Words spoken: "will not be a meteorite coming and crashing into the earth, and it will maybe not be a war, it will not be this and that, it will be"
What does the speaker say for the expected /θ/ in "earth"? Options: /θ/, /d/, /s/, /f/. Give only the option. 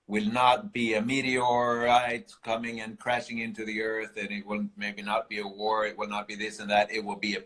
/θ/